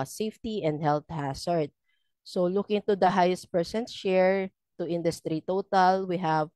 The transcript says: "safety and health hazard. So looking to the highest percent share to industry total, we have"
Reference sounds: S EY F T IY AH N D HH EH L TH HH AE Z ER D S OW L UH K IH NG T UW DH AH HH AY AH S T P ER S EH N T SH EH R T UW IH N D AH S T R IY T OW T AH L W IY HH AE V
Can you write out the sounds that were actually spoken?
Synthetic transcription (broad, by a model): S EY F T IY AH N D HH EH L T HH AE S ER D S OW L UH K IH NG T UW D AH HH AY AH S T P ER S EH N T SH EH R T UW IH N D AH S T R IY T OW T AH L W IY HH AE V